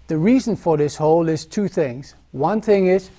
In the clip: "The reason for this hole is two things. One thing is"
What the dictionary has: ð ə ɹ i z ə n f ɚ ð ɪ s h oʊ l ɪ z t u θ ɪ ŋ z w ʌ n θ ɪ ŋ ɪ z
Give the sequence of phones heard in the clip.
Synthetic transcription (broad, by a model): ð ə ɹ i z ə n f ɚ ð ɪ s h oʊ l ɪ z t u θ ɪ ŋ z w ʌ n θ ɪ ŋ ɪ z